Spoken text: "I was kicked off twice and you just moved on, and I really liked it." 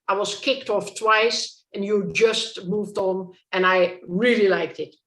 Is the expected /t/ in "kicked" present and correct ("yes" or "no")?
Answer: yes